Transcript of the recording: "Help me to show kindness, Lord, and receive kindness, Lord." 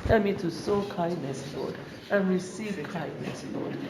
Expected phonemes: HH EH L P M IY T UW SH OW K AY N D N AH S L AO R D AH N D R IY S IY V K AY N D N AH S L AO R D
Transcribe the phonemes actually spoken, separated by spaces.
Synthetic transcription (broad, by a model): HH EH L M IY T UW S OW K AY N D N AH S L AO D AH N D R IY S IY V K AY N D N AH S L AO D